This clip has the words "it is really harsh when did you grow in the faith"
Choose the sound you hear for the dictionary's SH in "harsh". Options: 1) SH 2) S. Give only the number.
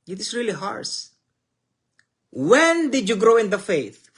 2